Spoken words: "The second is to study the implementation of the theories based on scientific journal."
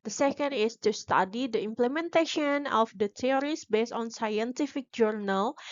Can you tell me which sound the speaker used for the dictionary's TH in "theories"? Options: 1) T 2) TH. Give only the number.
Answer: 1